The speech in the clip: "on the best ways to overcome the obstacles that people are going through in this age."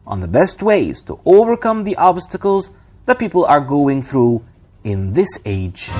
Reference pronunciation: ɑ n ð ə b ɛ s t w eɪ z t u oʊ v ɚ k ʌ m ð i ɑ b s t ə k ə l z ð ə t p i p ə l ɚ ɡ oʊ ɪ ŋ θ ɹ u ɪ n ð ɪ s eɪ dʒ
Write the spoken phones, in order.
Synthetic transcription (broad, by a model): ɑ n ð ə b ɛ s t w eɪ z t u oʊ v ɚ k ʌ m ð i ɑ b s t ə k ə l z ð ə t p i p ə l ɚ ɡ oʊ ɪ ŋ θ ɹ u ɪ n ð ɪ s eɪ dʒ